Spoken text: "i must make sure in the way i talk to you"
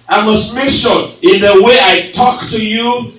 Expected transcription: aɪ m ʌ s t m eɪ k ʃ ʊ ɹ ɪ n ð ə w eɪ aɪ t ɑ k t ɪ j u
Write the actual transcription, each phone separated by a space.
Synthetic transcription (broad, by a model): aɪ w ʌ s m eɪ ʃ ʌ l ɪ n ð ə w eɪ aɪ t ɑ k t ɪ j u